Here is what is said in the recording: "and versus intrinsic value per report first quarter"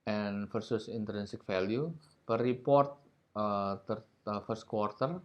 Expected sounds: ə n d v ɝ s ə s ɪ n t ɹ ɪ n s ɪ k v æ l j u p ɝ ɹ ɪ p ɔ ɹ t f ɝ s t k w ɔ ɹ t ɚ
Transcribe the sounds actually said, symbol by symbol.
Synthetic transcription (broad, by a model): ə n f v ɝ s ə s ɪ n t ɹ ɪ n s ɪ k f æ l j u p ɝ ɹ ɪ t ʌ ɹ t f ɝ s t k w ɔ ɹ t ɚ